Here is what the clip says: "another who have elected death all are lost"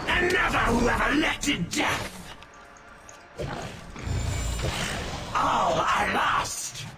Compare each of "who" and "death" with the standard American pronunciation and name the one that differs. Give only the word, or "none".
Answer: none